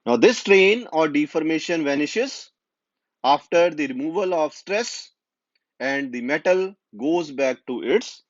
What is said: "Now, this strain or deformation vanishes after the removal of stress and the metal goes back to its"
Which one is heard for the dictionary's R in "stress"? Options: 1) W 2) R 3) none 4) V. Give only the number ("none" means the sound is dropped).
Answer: 2